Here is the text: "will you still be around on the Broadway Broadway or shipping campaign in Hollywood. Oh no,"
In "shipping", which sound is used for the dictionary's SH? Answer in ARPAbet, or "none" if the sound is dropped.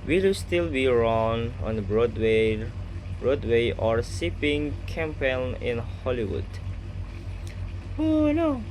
S